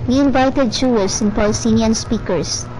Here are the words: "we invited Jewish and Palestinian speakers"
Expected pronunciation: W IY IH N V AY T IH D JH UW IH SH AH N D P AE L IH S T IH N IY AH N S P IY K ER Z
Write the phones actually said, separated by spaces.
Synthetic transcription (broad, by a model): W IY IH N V AY T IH D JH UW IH S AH N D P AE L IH S T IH N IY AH N S P IY K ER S